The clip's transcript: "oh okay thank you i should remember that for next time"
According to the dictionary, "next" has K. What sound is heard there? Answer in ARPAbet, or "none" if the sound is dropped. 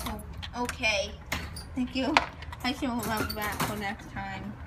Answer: K